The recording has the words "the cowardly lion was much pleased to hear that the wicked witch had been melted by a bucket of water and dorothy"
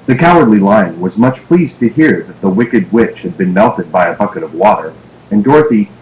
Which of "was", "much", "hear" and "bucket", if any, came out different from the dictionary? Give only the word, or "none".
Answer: none